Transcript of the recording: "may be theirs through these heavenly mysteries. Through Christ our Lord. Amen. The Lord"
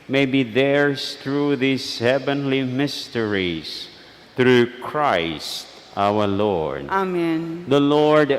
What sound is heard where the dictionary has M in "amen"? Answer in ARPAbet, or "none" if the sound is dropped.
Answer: M